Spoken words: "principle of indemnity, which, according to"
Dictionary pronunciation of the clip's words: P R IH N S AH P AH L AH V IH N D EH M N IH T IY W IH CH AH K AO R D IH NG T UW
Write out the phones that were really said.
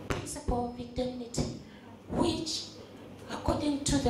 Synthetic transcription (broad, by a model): P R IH N S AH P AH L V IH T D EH N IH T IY W IH CH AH K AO D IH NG T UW